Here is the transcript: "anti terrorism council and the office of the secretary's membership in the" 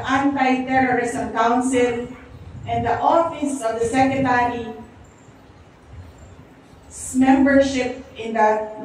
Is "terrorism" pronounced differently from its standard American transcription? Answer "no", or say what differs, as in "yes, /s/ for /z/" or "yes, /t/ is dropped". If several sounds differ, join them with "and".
yes, /s/ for /z/